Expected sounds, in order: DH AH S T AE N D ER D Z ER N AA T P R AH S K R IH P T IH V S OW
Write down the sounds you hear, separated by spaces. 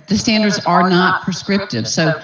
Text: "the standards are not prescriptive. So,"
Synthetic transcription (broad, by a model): DH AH S T AE N D ER D Z ER N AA T P R AH S K R IH P T IH V S OW